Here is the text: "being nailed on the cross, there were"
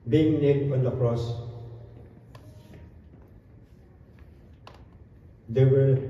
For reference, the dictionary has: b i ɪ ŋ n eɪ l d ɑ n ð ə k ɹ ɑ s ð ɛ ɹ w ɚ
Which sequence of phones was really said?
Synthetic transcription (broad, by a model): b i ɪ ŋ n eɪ d ɑ n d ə k ɹ ɑ s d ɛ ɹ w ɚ